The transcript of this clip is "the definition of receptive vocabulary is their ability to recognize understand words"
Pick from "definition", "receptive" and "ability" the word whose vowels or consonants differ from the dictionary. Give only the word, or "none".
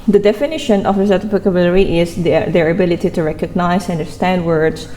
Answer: receptive